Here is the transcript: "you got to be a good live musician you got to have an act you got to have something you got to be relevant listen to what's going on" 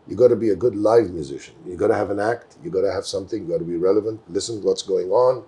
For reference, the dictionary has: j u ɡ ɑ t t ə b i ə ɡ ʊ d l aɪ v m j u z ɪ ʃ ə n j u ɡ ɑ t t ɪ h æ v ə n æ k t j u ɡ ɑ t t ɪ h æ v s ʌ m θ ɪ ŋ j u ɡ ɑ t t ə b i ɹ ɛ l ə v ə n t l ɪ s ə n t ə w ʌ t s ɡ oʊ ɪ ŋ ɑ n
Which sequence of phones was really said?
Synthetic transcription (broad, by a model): j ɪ ɡ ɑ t t ə b i ə ɡ ʊ d l aɪ v m j u z ɪ ʃ ə n j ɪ ɡ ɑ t t ɪ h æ v ə n æ k t j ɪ ɡ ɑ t t ɪ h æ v s ʌ m θ ɪ ŋ j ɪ ɡ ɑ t t ə b i ɹ ɛ l ə v ə n t l ɪ s ə n w ʌ t s ɡ oʊ ɪ ŋ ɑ n